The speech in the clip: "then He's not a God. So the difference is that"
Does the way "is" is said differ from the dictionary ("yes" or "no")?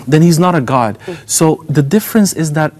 no